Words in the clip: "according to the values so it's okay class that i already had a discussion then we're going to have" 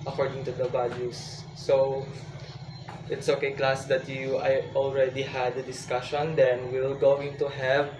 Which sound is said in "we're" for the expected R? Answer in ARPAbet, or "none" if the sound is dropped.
L